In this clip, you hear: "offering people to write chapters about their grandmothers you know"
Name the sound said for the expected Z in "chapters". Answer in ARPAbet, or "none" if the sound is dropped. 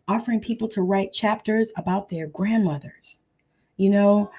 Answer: Z